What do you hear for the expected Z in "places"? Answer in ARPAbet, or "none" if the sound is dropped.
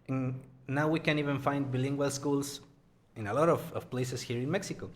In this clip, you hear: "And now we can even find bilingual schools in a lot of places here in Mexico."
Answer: S